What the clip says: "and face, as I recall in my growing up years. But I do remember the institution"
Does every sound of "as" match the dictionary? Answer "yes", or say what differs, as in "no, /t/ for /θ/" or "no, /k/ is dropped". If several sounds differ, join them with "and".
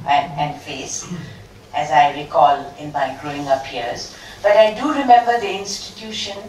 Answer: yes